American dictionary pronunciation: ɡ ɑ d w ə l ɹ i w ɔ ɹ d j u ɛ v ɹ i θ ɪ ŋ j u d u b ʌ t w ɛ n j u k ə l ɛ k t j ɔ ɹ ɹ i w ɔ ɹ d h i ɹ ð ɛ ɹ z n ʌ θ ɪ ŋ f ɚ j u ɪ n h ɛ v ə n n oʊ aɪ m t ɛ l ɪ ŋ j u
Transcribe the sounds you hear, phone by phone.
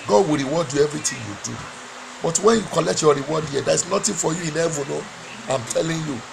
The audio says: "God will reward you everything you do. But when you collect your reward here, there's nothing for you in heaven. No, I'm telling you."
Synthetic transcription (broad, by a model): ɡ ɑ d w ə l ɹ i w ɔ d j u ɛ v ɹ i t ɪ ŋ j u d u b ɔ t w ɛ n j u k ə l ɛ k t j ɔ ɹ ɹ i w ɔ d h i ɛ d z n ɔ t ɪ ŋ f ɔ j u ɪ n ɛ v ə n n oʊ aɪ m t ɛ l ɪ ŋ j u